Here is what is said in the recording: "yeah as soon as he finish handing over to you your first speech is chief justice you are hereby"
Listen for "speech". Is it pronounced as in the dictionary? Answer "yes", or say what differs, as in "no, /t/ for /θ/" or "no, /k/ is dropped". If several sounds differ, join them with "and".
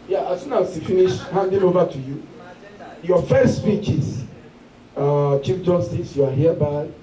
yes